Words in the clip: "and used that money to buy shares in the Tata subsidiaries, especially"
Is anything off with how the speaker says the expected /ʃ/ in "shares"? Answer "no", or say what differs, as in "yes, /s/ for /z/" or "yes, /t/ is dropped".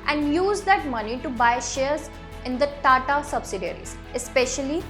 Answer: no